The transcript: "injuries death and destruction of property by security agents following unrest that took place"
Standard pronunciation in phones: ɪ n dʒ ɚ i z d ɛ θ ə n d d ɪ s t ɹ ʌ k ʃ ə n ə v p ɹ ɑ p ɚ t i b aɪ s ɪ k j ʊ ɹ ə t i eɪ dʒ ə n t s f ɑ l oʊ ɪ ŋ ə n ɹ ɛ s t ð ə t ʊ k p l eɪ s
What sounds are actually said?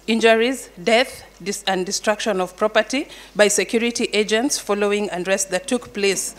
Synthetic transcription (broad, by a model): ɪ n dʒ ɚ i z d ɛ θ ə n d d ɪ s t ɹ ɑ k ʃ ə n ə v p ɹ ɑ p ɚ t i b aɪ s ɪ k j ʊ ɹ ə t i eɪ dʒ ə n t s f ɑ l oʊ ɪ ŋ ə n ɹ ɛ s t ð ə t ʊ k p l eɪ s